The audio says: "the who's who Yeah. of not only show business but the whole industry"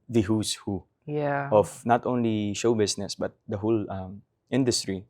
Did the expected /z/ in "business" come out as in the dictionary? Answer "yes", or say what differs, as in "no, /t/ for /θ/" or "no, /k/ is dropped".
no, /s/ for /z/